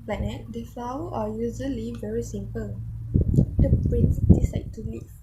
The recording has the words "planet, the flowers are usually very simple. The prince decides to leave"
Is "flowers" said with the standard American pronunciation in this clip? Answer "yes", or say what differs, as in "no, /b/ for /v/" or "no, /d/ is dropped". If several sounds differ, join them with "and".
no, /z/ is dropped